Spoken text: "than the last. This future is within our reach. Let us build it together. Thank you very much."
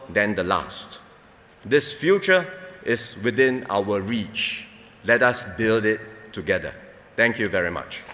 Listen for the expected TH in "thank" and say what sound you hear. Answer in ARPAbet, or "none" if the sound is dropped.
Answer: T